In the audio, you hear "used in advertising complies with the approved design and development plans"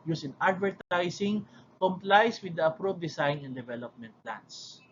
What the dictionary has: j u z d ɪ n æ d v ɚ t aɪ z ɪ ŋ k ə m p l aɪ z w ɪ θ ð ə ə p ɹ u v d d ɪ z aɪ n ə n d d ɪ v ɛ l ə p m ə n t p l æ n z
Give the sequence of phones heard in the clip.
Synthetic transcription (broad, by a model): j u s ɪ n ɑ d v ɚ t aɪ s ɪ ŋ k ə m p l aɪ s w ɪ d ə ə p ɹ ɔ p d d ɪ s aɪ n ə n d d ɪ v ɛ l ə p m ə n t p l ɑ n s